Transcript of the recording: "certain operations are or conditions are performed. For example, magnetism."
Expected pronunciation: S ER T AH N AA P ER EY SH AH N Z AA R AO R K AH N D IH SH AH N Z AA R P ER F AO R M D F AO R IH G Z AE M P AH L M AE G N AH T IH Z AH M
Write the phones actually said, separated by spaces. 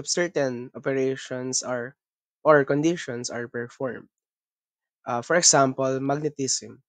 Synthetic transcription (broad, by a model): S ER T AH N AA P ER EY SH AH N S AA R AO R K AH N D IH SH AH N S AA R P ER F AO R M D F AO R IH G S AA M P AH L M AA G N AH T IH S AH M